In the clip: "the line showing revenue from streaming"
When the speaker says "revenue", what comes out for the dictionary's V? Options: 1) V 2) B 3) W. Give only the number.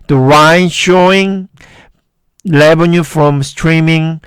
2